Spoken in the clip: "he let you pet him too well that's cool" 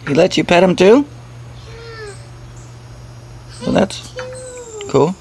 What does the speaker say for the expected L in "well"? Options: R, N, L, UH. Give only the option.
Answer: N